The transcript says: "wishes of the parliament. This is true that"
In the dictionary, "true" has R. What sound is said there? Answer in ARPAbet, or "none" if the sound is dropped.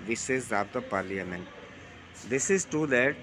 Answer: none